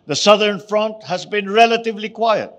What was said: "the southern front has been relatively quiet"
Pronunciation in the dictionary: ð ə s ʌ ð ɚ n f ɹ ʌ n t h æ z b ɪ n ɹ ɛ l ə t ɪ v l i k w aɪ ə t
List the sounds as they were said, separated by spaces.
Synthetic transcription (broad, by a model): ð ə s ʌ ð ɚ n f ɹ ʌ n t h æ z b ɪ n ɹ ɛ l ə t ɪ v l i k w aɪ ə t